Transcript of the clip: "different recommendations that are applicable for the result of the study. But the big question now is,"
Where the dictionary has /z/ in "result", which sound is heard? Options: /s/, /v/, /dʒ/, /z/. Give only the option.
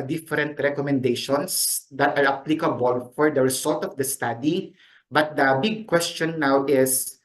/s/